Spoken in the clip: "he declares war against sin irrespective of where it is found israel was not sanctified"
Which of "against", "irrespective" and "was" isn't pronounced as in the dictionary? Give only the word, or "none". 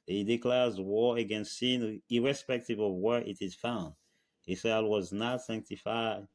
none